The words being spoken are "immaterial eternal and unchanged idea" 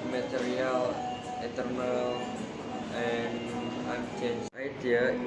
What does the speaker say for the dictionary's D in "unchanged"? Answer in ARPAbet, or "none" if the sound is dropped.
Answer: none